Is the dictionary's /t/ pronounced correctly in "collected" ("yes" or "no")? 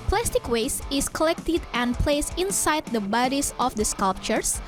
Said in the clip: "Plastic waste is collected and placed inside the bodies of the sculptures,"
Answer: yes